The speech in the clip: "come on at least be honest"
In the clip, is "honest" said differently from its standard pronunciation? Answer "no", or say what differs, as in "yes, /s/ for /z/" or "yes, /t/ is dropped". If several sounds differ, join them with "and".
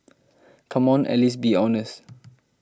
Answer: yes, /t/ is dropped